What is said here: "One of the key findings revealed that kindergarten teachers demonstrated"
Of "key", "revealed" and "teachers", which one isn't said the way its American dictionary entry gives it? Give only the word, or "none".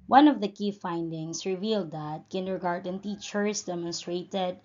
teachers